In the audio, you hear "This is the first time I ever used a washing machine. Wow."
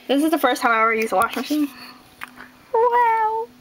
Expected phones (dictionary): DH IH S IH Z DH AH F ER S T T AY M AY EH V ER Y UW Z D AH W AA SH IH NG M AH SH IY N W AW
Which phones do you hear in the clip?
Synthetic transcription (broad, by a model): DH IH S IH Z DH AH F ER S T T AY M AY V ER Y UW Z AH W AA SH M AH SH IY N W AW